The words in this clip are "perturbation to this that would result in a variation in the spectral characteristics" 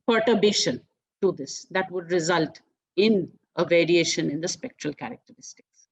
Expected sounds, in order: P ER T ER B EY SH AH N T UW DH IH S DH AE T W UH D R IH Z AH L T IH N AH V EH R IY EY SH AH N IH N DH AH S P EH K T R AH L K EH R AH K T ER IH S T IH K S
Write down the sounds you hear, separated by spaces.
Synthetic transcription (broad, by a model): P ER T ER B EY SH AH N T UW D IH S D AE T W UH D R IH Z AH L T IH N AH V EH R IY EY SH AH N IH N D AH S P EH K T R AH L K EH R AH K T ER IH S T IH K S